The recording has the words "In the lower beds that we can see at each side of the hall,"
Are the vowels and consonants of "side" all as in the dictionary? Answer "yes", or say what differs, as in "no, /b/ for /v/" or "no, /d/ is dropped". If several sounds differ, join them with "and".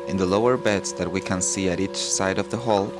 yes